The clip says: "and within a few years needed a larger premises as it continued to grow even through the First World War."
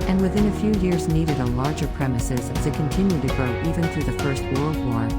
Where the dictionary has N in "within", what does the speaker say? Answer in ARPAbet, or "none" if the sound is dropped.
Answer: N